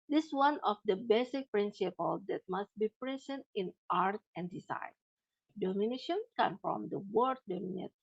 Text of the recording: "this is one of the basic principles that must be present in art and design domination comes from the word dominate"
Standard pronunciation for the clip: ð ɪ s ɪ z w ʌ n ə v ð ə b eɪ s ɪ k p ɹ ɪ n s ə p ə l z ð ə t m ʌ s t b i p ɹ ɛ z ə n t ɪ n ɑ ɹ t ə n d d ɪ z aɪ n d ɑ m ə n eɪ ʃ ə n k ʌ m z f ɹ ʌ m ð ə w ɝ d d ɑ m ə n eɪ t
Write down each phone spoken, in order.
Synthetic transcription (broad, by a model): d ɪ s w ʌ n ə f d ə b eɪ s ɪ k p ɹ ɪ n s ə p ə l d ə t m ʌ s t b i p ɹ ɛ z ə n t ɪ n ɑ ɹ t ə n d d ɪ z aɪ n d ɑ m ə n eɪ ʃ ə n k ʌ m f ɹ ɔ m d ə w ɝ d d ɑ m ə n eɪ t